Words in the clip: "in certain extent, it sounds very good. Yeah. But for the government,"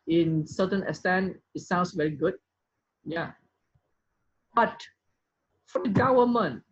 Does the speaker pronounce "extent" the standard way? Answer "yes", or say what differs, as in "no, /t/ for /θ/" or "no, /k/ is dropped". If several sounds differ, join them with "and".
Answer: no, /k/ is dropped